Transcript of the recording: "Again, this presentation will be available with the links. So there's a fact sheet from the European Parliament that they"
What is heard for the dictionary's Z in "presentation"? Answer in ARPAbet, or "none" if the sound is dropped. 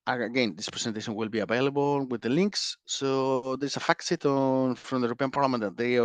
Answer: S